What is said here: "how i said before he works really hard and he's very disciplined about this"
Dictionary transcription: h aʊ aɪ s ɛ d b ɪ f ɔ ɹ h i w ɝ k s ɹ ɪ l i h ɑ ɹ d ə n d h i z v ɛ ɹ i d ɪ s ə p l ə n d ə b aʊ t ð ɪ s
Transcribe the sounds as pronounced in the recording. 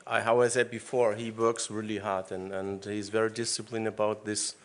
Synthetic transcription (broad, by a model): h aʊ aɪ s ɛ d b ɪ f ɔ ɹ h i w ɝ k s ɹ ɪ l i h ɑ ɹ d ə n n h i z v ɛ ɹ i d ɪ s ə p l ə n ə b aʊ t ð ɪ s